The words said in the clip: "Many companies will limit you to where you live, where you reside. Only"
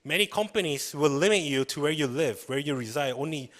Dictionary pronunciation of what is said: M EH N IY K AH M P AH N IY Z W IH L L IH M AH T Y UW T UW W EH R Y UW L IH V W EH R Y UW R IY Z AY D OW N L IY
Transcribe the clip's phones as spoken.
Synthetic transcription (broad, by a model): M EH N IY K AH M P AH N IY S W IH L L IH M AH T Y UW T UW W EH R Y UW L IH V W EH R Y UW R IY Z AY D OW N L IY